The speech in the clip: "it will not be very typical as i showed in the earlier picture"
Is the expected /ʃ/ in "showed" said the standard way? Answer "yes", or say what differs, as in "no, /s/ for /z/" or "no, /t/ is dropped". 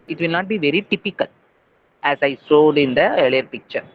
no, /s/ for /ʃ/